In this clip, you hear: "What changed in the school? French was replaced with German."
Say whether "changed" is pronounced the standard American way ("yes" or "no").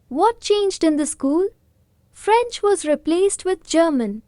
yes